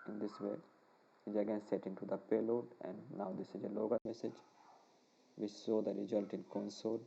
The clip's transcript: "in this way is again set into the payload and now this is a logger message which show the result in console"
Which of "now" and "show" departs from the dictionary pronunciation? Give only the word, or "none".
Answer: show